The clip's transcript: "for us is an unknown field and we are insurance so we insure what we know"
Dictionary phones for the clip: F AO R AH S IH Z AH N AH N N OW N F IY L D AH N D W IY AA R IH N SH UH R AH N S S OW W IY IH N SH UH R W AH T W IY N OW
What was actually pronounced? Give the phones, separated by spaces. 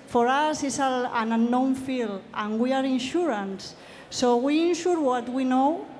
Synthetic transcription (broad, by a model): F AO R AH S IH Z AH L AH N N OW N F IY L AH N W IY AA R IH N SH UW R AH N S S OW W IY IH N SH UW R W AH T W IY N OW